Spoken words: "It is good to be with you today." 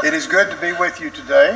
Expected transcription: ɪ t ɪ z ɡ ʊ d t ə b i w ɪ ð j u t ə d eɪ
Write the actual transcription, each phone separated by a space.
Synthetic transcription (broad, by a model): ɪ t ɪ z ɡ ʊ d t ə b i w ɪ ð j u t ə d eɪ